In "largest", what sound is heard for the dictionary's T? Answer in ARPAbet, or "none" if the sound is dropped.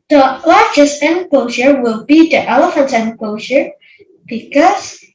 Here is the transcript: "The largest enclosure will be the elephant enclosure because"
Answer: none